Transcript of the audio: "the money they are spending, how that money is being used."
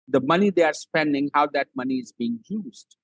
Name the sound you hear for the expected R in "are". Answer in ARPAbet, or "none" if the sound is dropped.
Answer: R